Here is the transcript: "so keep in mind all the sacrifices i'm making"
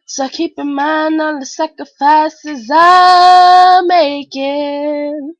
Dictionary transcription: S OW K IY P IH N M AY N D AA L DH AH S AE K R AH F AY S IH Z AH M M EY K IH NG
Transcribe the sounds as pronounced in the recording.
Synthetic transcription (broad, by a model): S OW K IY P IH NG M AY N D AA N DH AH S AE K R AH F AY S IH Z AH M M EY K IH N